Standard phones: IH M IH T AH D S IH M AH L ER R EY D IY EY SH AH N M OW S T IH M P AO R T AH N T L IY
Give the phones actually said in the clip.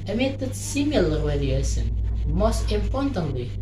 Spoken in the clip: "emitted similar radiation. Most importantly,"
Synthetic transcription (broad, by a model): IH M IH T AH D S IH M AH L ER W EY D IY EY S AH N M OW S T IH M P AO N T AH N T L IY